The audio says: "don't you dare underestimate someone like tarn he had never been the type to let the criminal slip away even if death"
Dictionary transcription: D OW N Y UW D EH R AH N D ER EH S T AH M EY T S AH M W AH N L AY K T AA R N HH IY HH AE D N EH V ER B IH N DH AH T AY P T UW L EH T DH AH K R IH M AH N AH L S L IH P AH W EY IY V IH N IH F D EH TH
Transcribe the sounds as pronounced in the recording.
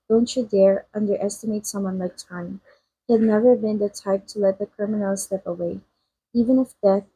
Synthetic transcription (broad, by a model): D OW N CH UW D EH R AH N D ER EH S T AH M EY T S AH M W AH N L AY K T AA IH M HH IY HH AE D N EH V ER B IH N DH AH T AY P T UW L EH T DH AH K R IH M AH N AH L S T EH P AH W EY IY V IH N IH F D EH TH